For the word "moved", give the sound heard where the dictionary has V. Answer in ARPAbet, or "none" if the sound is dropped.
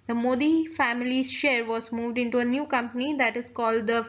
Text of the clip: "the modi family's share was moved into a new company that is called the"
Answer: V